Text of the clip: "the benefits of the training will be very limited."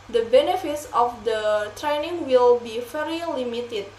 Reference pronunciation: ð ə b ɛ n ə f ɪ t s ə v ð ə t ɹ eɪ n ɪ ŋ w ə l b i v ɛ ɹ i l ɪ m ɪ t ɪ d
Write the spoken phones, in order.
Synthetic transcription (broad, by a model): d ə b ɛ n ə f ɪ t s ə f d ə t ɹ eɪ n ɪ ŋ w ə l b i f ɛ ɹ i l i m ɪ t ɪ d